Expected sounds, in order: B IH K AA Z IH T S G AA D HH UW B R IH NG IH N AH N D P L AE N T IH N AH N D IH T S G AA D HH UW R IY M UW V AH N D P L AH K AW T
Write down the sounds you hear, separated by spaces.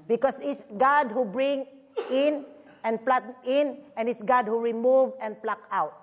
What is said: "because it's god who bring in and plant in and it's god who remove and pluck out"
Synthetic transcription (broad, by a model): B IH K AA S IH T S G AA D HH UW B R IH NG IH N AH N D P L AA T IH N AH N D IH T S G AA D HH UW R IY M UW V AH N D P L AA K AW T